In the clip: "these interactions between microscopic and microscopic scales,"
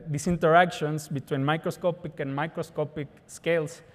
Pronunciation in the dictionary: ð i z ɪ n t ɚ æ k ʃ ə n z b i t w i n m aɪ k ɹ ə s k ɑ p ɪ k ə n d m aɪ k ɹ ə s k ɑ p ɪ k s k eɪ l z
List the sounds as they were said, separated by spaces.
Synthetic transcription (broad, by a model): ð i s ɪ n t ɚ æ k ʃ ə n s b i t w i n m aɪ k ɹ ə s k ɑ p ɪ k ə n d m aɪ k ɹ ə s k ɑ p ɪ k s k eɪ l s